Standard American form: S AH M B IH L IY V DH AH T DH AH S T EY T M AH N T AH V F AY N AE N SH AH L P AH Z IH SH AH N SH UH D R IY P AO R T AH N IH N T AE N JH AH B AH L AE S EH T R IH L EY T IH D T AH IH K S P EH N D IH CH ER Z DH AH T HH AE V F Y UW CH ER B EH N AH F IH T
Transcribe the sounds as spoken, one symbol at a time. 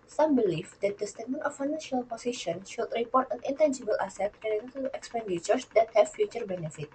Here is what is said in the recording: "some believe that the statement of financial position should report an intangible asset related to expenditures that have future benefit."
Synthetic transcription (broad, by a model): S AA M B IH L IY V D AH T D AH S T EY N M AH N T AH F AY N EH N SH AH L P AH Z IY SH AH N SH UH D R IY P AO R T AH N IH N T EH N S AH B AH L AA S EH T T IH N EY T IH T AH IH K S P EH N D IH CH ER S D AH T HH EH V F Y UW CH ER B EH N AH F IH T